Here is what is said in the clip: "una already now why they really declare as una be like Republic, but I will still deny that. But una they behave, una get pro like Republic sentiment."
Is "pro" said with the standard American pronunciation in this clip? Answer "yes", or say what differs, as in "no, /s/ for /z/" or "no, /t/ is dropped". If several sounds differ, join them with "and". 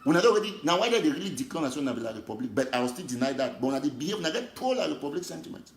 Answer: no, /ɹ/ is dropped